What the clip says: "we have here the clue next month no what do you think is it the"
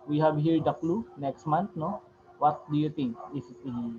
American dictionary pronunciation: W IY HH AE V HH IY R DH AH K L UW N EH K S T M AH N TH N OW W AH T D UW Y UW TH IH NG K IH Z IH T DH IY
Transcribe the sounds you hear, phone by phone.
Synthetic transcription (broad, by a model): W IY HH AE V HH IY R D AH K L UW N EH K S T M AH N T N OW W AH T D UW Y UW T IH NG K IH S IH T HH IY